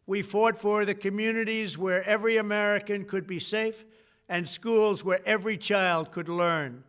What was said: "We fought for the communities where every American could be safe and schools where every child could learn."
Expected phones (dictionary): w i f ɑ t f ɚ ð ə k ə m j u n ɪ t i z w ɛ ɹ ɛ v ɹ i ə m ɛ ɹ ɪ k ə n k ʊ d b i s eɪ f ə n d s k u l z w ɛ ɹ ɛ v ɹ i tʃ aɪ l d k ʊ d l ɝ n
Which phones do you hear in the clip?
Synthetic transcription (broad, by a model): w i f ɑ t f ɚ ð ə k ə m j u n ɪ t i z w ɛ ɹ ɛ v ɹ i ə m ɛ ɹ ɪ k ə n k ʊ d b i s eɪ f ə n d s k u l z w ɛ ɹ ɛ v ɹ i tʃ aɪ l d k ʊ d l ɝ n